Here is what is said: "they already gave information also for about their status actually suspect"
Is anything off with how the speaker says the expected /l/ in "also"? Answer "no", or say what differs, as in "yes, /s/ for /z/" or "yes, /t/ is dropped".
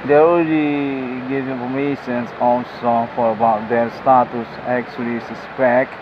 yes, /n/ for /l/